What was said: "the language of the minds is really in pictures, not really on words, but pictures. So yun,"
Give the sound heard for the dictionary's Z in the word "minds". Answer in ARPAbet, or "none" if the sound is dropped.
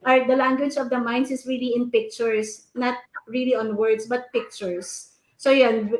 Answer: S